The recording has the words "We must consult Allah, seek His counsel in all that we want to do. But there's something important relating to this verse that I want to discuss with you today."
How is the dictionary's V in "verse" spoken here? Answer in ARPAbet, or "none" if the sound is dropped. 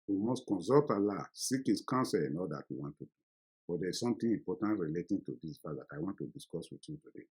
P